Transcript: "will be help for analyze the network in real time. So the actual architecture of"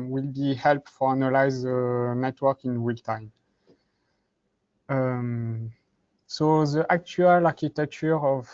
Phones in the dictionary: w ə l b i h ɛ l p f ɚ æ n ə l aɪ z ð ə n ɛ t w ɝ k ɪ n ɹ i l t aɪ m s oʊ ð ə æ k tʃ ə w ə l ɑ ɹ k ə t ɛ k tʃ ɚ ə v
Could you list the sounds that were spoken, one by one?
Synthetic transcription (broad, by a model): w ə l b i h ɛ l p f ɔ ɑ n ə l aɪ z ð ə n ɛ t w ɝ k ɪ n w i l t aɪ m s oʊ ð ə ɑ k tʃ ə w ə l ɑ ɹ k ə t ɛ k tʃ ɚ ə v